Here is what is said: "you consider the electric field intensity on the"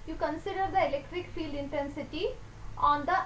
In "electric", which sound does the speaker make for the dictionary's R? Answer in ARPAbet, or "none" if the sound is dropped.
R